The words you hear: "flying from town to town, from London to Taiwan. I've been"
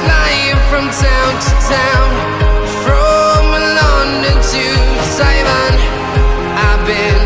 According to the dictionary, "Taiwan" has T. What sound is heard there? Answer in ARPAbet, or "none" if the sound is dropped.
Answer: S